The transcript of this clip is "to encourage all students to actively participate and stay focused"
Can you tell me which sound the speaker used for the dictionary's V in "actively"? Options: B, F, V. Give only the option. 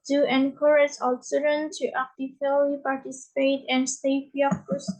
F